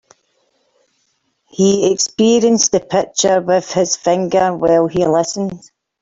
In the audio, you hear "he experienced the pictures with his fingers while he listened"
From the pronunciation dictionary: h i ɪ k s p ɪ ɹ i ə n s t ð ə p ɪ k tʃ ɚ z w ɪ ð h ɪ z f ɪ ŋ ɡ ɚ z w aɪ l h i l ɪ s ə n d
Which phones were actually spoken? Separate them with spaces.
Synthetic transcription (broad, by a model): h i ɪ k s p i ɹ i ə n s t ð ə p ɪ k tʃ ɚ w ɪ ð h ɪ z f ɪ ŋ ɡ ɚ w aɪ l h i l ɪ s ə n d